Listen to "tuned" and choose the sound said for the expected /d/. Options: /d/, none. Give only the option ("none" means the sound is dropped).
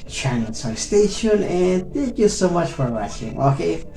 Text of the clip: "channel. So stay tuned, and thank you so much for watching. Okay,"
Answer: none